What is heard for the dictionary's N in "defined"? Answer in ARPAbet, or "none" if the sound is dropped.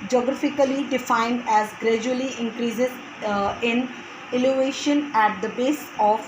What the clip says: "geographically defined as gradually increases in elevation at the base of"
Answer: N